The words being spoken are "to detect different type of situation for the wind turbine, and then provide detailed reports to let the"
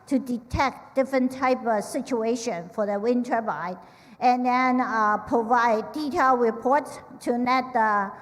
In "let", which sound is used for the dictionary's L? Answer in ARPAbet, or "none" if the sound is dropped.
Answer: N